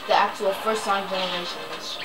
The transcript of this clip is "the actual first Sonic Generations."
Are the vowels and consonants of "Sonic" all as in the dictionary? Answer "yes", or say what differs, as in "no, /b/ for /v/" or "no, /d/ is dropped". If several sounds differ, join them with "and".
no, /n/ is dropped